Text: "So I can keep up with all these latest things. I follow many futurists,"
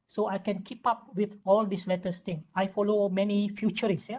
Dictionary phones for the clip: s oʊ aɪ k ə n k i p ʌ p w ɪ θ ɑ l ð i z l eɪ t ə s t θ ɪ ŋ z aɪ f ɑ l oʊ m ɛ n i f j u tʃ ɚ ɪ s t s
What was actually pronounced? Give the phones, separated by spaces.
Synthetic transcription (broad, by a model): s oʊ aɪ k ə n k i p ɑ p w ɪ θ ɑ l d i s l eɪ t ə s t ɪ ŋ aɪ f ɑ l oʊ m ɛ n i f j u tʃ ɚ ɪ s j